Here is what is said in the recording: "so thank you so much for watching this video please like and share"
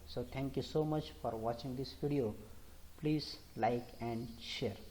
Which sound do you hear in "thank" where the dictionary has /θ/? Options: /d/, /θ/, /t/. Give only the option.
/t/